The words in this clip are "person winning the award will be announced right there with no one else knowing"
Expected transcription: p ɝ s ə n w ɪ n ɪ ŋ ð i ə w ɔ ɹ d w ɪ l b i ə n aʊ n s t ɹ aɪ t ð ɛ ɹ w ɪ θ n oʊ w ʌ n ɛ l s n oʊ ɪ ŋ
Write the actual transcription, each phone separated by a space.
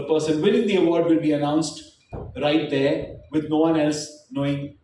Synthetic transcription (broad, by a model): p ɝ s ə n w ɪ l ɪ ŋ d i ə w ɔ ɹ d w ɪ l b i ə n aʊ n s t ɹ aɪ t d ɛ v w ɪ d n oʊ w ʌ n ɛ l s n oʊ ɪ ŋ